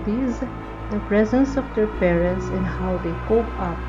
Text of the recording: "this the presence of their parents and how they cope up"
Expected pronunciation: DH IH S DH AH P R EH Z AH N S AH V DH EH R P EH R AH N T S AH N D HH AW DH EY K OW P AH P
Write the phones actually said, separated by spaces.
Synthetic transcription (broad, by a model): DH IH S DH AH P R EH Z AH N S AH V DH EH R P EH R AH N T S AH N HH AW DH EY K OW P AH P